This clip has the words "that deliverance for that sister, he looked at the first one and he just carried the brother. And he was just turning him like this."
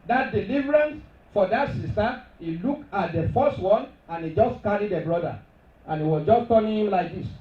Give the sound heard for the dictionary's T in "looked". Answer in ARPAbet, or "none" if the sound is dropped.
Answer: none